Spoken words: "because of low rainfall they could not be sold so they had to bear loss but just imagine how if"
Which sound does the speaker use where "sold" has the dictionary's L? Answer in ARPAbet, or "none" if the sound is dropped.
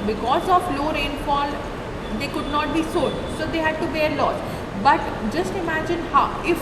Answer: none